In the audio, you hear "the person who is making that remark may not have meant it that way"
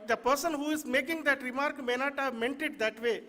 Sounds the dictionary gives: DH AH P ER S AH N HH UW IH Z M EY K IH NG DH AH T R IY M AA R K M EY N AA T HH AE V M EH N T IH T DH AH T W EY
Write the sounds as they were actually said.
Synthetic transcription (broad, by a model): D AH P ER S AH N HH UW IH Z M EY K IH NG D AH T R IY M AA R K M EY N AA T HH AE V M EH N T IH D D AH T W EY